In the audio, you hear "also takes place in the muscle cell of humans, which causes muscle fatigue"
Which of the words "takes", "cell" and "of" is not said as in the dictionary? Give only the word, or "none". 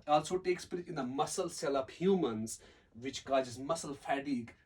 of